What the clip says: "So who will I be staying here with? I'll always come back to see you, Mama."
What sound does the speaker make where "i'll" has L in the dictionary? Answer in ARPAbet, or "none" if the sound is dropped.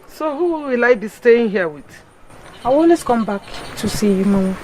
W